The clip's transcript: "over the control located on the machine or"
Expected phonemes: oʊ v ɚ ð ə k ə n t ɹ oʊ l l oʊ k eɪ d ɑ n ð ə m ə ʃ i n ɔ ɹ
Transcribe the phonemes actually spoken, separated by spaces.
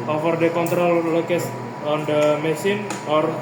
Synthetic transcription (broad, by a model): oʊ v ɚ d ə k ə n t ɹ oʊ l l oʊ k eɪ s ɑ n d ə m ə s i n ɔ ɹ